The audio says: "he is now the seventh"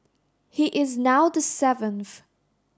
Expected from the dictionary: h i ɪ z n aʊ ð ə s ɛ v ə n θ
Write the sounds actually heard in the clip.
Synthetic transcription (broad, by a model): h i ɪ z n aʊ ð ə s ɛ v ə n θ